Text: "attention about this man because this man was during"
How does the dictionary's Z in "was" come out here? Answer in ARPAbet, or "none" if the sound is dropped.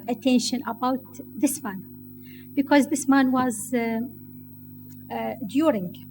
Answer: Z